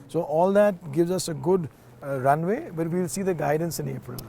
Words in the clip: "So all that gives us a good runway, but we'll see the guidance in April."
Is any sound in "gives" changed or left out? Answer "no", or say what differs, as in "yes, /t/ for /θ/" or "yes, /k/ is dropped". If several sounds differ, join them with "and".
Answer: no